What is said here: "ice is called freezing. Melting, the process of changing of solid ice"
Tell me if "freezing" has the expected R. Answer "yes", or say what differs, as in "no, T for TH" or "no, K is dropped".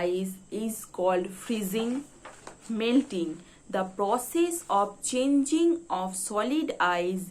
yes